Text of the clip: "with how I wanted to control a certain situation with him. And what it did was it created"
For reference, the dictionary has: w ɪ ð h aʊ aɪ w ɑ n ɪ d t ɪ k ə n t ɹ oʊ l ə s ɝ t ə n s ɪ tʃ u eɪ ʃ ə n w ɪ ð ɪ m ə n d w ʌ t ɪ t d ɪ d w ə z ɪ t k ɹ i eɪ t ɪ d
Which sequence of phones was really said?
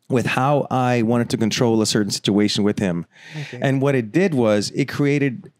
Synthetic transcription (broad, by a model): w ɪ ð h aʊ aɪ w ɑ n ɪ d t ɪ k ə n t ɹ oʊ l ə s ɝ t n s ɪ tʃ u eɪ ʃ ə n w ɪ ð ɪ m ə n w ʌ t ɪ t d ɪ d w ə z ɪ t k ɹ i eɪ t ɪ d